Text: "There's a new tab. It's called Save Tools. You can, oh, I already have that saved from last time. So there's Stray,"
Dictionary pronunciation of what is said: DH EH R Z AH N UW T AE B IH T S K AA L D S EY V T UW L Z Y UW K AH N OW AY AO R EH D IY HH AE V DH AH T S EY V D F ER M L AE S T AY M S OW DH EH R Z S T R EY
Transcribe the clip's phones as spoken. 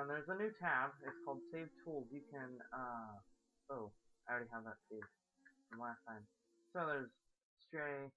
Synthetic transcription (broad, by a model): DH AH R Z AH N UW T AE B IH T S K AA L D S EY V T UW L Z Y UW K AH N OW AY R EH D IY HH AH V DH AH T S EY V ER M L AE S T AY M S OW DH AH R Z S T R EY